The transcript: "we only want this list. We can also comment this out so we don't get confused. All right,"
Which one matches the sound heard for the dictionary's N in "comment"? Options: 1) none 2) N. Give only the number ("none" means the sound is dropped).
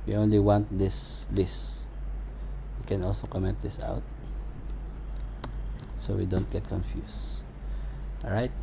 1